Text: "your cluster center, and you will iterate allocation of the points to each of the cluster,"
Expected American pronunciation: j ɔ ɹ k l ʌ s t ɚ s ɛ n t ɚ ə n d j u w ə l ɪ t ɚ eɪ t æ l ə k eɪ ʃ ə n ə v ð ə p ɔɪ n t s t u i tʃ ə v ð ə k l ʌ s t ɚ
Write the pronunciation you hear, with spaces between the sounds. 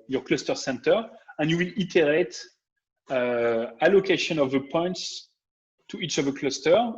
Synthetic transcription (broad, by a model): j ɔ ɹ k l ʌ s t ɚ s ɛ n t ɚ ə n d j u w ə l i t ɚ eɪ t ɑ l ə k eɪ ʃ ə n ə v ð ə p ɔɪ n t s t u i tʃ ə v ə k l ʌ s t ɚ